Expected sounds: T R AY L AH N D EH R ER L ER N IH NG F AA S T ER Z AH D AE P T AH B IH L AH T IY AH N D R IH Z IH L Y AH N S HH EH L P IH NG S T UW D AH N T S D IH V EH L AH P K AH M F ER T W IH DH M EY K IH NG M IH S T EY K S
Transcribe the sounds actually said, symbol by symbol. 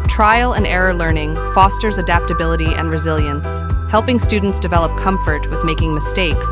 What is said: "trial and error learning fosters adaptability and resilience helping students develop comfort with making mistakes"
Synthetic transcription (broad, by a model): T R AY L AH N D EH R ER L ER N IH NG F AA S T ER Z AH D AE P T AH B IH L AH T IY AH N R IH Z IH L Y AH N S HH EH L P IH NG S T UW D N T S D IH V EH L AH P K AH M F ER T W IH DH M EY K IH NG M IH S T EY K S